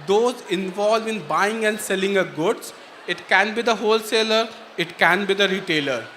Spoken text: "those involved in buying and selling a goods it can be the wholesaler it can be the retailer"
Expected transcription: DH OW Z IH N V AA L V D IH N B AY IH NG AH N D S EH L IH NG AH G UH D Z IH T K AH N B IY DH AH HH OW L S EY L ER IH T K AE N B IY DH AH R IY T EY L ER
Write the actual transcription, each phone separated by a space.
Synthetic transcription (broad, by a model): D OW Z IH N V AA L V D IH N B AY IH NG AH N D S EH L IH NG AH G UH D S IH T K AH N B IY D AH HH OW L S EY L ER IH T K AE N B IY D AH R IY T EY L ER